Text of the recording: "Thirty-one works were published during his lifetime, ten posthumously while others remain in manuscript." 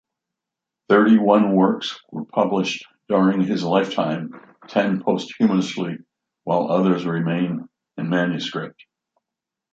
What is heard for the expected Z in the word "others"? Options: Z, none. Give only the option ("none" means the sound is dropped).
Z